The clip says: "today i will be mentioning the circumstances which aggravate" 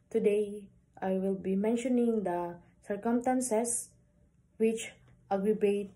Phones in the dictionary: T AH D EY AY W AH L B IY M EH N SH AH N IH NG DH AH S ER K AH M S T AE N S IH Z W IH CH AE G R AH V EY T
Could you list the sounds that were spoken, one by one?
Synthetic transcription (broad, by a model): T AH D EY AY W AH L B IY M EH N SH AH N IH NG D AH S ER K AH M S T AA N S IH S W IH CH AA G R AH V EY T